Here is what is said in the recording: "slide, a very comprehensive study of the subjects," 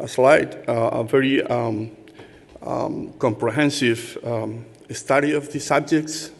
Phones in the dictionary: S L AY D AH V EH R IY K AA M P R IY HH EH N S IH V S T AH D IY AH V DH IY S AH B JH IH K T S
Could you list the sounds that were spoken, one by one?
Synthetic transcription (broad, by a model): S L AY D AH V EH R IY K AA M P R IY HH EH N S IH V S T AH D IY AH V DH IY S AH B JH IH K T S